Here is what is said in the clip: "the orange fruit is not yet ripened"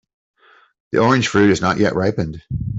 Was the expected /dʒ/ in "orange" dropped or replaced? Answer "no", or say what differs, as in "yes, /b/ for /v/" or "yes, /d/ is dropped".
yes, /ʒ/ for /dʒ/